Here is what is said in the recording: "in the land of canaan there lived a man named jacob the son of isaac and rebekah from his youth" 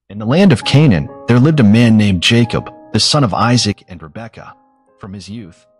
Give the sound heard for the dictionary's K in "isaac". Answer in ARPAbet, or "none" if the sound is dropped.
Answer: K